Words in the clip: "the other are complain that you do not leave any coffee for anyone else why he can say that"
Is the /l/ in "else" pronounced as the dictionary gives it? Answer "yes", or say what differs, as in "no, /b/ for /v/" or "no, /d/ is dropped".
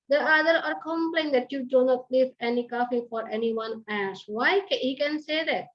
no, /l/ is dropped